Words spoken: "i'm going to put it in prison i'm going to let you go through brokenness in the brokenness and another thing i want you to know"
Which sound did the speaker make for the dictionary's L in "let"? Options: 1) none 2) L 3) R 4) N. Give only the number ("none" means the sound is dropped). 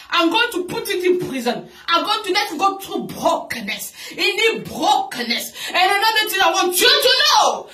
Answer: 4